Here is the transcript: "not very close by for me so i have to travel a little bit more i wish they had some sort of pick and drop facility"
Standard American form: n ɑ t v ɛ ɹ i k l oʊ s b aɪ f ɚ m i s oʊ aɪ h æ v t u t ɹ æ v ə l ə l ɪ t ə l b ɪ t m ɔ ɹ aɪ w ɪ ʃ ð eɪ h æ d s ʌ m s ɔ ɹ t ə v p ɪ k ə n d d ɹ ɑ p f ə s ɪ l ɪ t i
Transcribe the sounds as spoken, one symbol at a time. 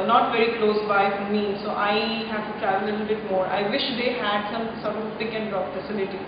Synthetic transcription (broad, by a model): n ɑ t v ɛ ɹ i k l oʊ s b aɪ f m i s oʊ aɪ h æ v t u t ɹ æ v ə l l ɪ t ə l b ɪ t m ɔ ɹ aɪ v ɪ ʃ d eɪ h æ d s ʌ m s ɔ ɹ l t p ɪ k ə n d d ɑ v f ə s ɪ l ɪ t i